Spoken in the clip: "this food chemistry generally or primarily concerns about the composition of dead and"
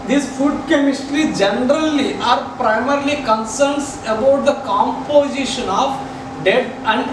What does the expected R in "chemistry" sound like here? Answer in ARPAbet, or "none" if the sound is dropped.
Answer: R